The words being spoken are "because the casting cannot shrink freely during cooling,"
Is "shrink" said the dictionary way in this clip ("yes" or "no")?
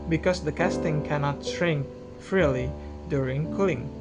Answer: no